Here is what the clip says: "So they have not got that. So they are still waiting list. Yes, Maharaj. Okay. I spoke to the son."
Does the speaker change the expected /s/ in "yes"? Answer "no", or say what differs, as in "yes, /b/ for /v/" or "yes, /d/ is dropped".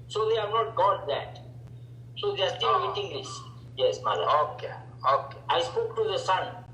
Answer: no